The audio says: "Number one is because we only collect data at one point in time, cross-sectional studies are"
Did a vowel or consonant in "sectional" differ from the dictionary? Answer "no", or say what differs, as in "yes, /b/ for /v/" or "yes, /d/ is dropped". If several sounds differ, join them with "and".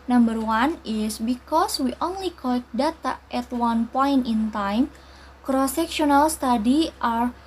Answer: no